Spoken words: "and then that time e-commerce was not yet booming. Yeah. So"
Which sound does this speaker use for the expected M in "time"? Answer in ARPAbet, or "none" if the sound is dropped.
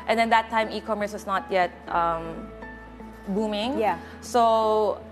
M